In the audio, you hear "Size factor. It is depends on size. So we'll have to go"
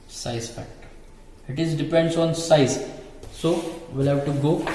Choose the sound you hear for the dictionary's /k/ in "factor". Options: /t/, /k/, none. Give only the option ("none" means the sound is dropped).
none